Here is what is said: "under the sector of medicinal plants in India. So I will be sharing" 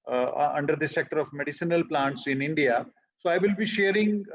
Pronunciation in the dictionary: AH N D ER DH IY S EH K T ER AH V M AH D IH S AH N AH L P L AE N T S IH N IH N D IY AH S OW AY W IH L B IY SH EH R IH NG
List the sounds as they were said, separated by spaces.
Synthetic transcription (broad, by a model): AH N D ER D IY S EH K T ER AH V M AH D IH S AH N AH L P L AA N T S IH N IH N D IY AH S OW AY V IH L B IY SH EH R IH NG